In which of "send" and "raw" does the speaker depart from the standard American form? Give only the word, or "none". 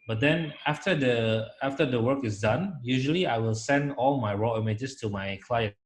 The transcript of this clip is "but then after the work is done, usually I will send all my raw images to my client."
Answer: none